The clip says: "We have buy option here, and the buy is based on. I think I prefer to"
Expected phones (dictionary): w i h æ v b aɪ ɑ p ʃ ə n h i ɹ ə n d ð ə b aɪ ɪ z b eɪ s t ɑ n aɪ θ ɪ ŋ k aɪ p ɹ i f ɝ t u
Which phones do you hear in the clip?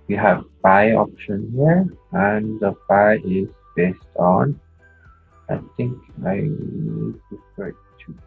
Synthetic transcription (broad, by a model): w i h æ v b aɪ ɑ p ʃ ə n h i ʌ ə n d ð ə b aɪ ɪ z b eɪ s t ɑ n aɪ t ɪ ŋ k aɪ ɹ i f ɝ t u